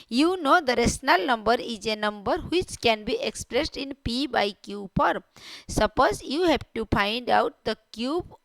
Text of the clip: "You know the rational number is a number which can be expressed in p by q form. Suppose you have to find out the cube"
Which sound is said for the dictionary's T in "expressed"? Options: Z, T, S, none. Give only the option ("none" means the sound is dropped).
T